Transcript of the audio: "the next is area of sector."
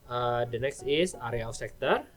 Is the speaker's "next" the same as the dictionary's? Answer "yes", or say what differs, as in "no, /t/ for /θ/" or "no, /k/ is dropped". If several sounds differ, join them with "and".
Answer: yes